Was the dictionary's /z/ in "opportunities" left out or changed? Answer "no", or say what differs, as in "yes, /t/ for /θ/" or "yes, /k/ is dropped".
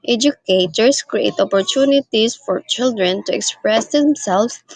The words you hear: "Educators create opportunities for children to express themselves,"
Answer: yes, /s/ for /z/